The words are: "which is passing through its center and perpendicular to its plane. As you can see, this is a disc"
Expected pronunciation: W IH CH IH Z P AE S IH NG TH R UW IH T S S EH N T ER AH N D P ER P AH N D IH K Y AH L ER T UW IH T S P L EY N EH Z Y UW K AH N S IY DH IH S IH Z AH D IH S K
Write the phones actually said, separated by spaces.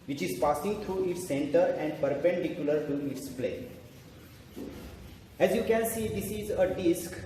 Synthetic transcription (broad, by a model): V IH CH IH Z P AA S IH NG T R UW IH T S S EH N T ER AH N D P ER P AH N D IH K Y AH L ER T UW IH T S P L EY EH Z Y UW K AH N S IY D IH S IH Z AH D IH S K